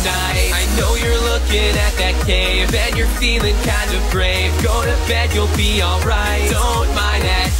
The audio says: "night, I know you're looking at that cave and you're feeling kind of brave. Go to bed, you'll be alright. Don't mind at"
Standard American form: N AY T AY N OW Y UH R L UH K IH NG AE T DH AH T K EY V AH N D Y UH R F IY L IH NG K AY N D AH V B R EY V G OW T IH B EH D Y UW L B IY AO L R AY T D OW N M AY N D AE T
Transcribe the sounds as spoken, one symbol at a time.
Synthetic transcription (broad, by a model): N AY AY N OW Y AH R L UH K IH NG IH T DH AH T K EY V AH N Y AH R F IY L IH NG K AY N D AH V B R EY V G OW T IH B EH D Y UW L B IY AO L R AY T D OW N M AY N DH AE T